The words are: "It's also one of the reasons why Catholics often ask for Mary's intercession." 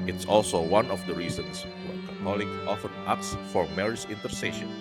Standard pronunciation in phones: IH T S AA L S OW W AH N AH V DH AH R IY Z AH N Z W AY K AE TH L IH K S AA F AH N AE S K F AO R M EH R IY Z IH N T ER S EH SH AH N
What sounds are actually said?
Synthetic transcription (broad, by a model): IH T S AA L S OW W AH N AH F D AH R IY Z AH N S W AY K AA T L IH K AA F AH N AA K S F AO R M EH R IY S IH N T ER S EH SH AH N